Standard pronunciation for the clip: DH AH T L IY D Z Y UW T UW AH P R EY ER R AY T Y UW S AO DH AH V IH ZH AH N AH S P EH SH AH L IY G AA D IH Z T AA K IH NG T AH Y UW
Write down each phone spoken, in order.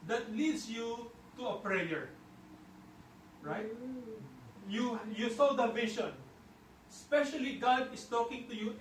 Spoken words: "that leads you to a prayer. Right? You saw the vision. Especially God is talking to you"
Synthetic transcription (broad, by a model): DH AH T L IY D S Y UW T UW AH P R EY ER R AY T Y UW S AO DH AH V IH SH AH N S P EH SH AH L IY G AA D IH S T AA K IH NG T AH Y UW